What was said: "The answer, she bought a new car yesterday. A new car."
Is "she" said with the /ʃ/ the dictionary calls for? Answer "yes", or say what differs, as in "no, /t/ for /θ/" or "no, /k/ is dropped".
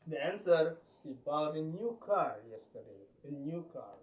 no, /s/ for /ʃ/